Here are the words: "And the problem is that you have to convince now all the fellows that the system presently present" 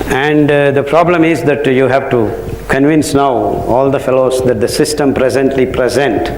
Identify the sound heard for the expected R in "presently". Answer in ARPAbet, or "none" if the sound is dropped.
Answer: R